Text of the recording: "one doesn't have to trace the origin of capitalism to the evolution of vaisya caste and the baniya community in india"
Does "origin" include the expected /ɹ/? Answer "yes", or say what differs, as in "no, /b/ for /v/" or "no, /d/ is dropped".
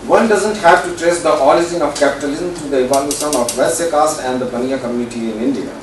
no, /l/ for /ɹ/